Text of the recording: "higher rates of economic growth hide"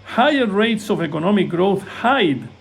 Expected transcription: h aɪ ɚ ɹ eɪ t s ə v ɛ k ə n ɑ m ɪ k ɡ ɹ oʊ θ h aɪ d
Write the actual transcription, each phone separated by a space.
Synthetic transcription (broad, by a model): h aɪ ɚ ɹ eɪ t s ə v ɛ k ə n ɑ m ɪ k ɡ ɹ oʊ θ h aɪ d